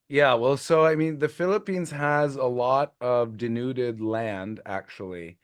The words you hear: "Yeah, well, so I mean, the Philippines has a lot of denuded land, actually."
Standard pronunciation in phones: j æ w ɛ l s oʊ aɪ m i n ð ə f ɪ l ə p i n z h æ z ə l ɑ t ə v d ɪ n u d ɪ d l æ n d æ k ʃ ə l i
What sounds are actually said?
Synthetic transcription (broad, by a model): j æ w ɛ l s oʊ aɪ m i n ð ə f ɪ l ə p i n z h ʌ z ə l ɑ t ə v d ɪ n u d ɪ d l æ n d æ k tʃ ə l i